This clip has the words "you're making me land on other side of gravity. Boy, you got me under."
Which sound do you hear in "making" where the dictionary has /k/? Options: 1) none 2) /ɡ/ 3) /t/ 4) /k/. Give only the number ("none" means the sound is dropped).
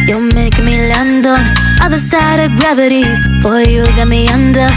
1